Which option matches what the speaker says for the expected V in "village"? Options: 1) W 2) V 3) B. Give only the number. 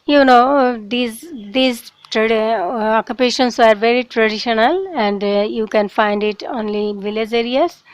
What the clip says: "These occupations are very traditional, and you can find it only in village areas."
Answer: 2